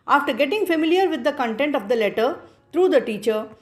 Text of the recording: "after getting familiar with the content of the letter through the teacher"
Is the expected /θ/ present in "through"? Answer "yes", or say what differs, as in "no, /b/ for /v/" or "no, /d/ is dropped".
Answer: no, /t/ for /θ/